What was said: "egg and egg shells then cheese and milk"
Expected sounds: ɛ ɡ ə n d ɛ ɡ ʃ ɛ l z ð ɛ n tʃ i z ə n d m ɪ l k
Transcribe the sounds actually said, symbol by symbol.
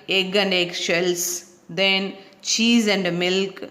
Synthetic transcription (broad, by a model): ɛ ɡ ə n d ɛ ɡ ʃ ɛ l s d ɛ n tʃ i z ə n d m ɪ l k